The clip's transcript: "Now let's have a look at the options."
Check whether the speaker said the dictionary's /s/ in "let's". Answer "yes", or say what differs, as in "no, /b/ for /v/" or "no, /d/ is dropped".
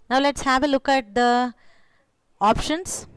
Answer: yes